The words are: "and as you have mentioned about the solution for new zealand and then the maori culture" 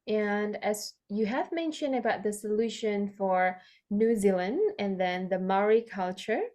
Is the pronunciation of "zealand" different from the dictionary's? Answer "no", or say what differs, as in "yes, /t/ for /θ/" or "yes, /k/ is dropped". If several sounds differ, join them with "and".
no